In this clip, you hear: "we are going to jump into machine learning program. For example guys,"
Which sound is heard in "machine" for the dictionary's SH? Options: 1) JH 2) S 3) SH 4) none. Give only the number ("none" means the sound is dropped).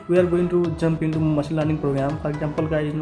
2